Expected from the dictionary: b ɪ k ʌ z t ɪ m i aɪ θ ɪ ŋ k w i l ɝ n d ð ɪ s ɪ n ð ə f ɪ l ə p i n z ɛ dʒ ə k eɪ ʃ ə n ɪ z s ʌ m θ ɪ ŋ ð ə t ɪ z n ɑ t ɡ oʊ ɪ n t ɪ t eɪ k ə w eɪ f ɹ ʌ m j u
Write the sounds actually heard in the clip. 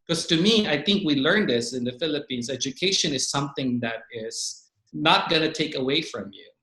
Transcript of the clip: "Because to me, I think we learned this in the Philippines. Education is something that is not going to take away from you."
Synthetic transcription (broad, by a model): k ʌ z t ɪ m i aɪ θ ɪ ŋ k w i l ɝ n ð ɪ s ɪ n ð ə f ɪ l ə p i n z ɛ dʒ ə k eɪ ʃ ə n ɪ z s ʌ m θ ɪ ŋ ð ə t ɪ z n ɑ t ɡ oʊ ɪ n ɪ t eɪ k ə w eɪ f ɹ ʌ m j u